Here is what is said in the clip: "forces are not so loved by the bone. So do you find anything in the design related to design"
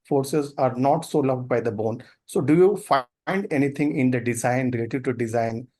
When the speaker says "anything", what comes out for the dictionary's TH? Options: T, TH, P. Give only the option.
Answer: T